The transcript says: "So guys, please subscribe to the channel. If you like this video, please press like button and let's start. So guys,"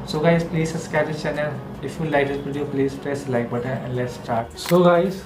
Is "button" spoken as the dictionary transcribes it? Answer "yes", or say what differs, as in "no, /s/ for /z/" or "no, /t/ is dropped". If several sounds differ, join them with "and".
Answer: no, /n/ is dropped